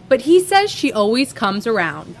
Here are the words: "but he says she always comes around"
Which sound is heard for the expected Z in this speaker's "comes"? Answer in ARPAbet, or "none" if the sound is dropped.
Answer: Z